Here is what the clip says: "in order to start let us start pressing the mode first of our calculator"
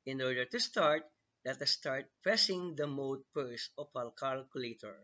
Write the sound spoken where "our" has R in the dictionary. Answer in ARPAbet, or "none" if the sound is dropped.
L